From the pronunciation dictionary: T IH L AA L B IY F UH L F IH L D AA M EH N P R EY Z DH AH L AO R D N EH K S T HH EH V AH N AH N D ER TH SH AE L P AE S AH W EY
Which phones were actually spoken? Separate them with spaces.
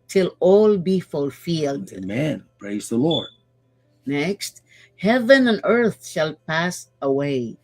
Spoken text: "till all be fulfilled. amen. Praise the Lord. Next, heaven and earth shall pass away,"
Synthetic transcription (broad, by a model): T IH L AA L B IY F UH L F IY L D M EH N P R EY Z DH AH L AO R D N EH K S T HH EH V AH N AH N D ER TH SH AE L P AE S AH W EY